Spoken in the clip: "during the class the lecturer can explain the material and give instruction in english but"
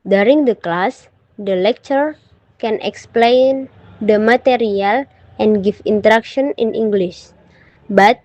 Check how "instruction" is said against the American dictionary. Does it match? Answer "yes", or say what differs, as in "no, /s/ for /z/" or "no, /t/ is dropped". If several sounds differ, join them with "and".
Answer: no, /s/ is dropped